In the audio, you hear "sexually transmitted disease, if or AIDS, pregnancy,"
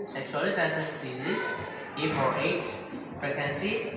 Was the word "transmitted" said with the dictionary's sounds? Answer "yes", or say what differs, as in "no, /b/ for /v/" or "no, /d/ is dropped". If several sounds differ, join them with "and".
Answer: no, /ɹ/ is dropped and /n/ is dropped